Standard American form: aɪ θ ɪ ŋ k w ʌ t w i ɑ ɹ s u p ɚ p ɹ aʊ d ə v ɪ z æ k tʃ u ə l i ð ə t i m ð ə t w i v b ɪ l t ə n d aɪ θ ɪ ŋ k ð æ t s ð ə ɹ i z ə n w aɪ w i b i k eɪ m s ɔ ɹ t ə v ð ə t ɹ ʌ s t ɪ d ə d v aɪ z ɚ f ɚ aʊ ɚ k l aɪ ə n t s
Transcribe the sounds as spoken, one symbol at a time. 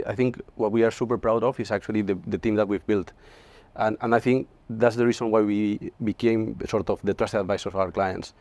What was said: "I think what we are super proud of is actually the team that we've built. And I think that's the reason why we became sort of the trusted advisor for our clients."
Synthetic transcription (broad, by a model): aɪ θ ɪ ŋ k w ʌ t w i ɑ ɹ s u p ɚ p ɹ aʊ d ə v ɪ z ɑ k tʃ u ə l i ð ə t i m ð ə t w i v b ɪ l t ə n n aɪ θ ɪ ŋ k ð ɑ t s ð ə ɹ i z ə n w aɪ w i b i k eɪ m s ɔ ɹ t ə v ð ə t ɹ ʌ s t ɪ ə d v aɪ s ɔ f aʊ ɚ k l aɪ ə n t s